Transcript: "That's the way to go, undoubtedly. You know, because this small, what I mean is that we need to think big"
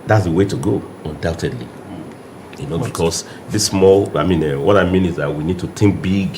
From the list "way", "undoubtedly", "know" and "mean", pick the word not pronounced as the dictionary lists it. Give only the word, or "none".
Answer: none